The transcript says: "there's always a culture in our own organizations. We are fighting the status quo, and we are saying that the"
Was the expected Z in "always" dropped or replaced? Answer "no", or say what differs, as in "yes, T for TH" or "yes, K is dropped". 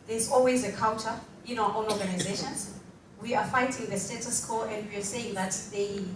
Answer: no